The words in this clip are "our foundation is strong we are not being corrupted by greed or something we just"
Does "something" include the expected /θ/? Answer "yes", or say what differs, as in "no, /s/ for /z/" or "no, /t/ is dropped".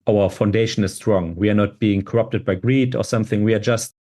yes